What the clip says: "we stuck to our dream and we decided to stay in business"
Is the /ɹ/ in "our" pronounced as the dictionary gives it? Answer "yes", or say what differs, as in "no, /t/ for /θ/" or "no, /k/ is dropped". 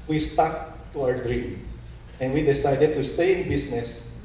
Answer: no, /w/ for /ɹ/